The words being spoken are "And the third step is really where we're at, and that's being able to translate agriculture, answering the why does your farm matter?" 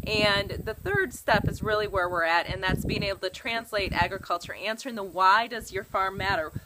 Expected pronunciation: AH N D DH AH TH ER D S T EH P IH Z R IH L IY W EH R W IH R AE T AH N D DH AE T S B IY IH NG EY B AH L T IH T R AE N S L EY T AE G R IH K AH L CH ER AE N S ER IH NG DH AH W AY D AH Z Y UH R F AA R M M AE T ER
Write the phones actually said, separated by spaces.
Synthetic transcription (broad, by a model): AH N DH AH TH ER D S T EH P IH Z R IH L IY W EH R W IH R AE T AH N DH AE T S B IY IH NG EY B L T IH T R AE N S L EY T AE G R IH K AH L CH ER AE N S ER IH NG DH AH W AY D AH Z Y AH R F AA R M M AE T ER